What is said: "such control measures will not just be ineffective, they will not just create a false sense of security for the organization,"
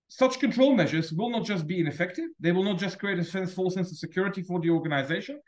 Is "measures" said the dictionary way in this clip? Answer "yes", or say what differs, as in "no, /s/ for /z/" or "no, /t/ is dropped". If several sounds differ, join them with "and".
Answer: yes